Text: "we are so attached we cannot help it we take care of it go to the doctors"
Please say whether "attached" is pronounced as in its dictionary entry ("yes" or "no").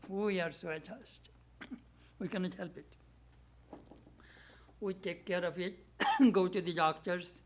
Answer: no